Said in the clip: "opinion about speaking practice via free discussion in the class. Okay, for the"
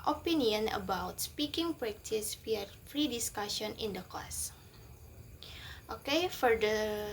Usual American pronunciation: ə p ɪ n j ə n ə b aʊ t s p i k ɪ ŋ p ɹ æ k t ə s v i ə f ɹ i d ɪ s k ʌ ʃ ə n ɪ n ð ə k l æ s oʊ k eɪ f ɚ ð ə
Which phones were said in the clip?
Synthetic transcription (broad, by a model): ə p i n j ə n ə b aʊ t s p i k ɪ ŋ p ɹ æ k t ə s w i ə f ɹ i d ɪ s k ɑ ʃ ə n ɪ n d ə k ɔ s oʊ k eɪ f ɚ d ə